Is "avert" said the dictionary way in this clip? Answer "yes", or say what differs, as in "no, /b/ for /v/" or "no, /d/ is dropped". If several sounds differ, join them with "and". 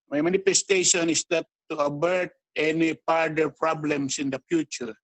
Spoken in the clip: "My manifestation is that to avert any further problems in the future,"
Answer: no, /b/ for /v/